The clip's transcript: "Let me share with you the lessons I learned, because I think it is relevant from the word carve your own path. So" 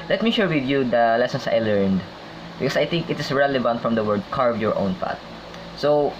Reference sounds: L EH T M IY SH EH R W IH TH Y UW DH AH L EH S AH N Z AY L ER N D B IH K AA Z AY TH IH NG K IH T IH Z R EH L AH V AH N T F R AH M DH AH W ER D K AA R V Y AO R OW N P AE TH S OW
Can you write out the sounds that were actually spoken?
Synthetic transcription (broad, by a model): L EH T M IY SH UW R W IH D Y UW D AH L EH S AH N S AY L ER N D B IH K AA S AY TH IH NG K IH T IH S R EH L AH V AH N T F R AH M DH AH W ER D K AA R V Y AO R OW N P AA T S OW